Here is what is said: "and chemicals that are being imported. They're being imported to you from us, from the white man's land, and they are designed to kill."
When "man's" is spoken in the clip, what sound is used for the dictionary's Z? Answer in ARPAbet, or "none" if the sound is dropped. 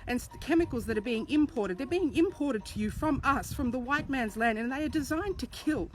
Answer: Z